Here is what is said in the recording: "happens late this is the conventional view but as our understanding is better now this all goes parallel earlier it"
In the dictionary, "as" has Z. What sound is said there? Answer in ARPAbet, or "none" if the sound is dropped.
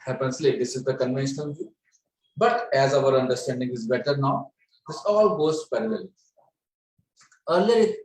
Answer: Z